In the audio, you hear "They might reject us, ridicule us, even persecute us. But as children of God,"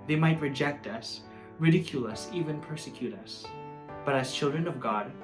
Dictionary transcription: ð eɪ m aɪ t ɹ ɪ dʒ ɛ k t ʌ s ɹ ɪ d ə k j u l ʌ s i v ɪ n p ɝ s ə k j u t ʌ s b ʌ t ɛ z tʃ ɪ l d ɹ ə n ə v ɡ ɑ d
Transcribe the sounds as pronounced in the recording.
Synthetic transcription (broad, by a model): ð eɪ m aɪ t ɹ ɪ dʒ ɛ k t ʌ s ɹ ɪ d ə k j u l ʌ s i v ɪ n p ɝ s ə k j u t ʌ s b ʌ t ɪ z tʃ ɪ l d ɹ ə n ə v ɡ ɑ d